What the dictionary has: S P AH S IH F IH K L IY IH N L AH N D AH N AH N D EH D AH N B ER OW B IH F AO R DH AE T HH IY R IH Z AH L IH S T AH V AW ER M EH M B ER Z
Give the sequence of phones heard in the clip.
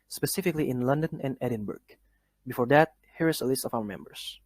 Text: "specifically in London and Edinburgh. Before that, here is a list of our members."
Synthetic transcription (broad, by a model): S P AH S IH F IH K L IY IH N L AH N D AH N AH N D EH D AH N B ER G B IH F AO R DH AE T HH IY R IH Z AH L IH S T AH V AW ER M EH M B ER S